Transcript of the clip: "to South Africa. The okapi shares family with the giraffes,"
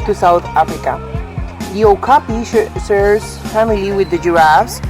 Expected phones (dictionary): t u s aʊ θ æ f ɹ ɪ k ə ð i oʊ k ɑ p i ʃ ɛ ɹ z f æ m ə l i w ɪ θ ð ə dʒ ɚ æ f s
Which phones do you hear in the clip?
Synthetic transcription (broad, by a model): t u s aʊ θ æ f ɹ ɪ k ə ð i oʊ k ɑ p i s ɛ ɹ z f æ m ə l i w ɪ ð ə dʒ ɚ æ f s